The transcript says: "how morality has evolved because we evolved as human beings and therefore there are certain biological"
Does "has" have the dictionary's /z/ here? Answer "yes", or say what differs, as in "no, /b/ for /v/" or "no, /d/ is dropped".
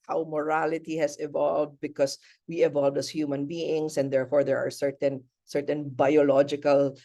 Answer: no, /s/ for /z/